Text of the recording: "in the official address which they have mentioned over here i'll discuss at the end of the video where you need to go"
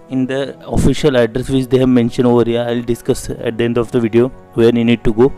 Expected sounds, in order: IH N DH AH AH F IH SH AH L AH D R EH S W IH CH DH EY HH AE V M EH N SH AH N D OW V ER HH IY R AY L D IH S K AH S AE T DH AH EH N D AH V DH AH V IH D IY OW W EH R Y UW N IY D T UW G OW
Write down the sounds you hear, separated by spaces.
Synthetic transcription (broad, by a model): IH N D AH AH F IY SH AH L AH D R EH S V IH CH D EY HH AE V M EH N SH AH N OW V ER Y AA AY L D IH S K AH S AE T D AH EH N D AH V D AH V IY D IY OW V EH R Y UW N IY D T UW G OW